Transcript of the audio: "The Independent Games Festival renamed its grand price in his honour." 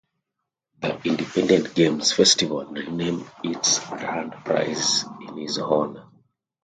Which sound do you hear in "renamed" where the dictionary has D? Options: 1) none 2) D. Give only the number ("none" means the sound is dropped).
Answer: 1